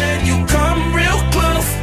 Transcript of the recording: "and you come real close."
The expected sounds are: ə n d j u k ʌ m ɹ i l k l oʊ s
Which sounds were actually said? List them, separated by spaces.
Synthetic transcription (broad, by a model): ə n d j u k ʌ m ɹ i l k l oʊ